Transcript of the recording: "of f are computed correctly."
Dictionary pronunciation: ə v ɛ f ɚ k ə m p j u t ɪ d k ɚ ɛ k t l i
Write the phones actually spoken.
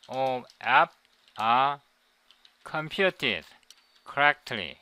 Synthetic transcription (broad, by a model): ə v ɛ p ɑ k ə m p j u t ɪ d k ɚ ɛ k t l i